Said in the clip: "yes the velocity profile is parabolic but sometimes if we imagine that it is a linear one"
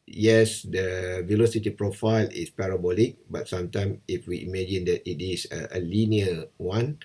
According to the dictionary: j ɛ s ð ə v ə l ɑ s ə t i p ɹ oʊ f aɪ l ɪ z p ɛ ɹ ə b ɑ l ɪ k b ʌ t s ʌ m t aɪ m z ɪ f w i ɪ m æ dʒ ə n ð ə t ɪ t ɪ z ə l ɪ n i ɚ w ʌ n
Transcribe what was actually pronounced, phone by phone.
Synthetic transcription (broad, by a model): j ɛ s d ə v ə l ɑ s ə t i p ɹ oʊ f aɪ l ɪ s p ɛ ɹ ə b ɑ l ɪ k b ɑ t s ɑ m t aɪ m ɪ f w i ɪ m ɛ dʒ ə n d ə t ɪ t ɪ s ə l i n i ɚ w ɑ n